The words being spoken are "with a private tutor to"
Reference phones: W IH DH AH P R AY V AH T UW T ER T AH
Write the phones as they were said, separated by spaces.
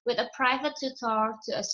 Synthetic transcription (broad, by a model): W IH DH AH P R AY V AH T UW T ER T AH